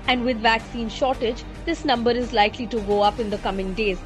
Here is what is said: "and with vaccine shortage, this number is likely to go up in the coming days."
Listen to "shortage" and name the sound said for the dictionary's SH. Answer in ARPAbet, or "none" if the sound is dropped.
SH